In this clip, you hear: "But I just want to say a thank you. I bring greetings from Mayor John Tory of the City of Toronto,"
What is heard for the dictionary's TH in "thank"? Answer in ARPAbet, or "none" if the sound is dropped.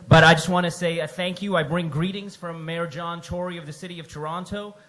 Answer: TH